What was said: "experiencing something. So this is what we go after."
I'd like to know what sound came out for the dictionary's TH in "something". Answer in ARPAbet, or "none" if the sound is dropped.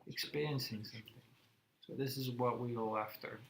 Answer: TH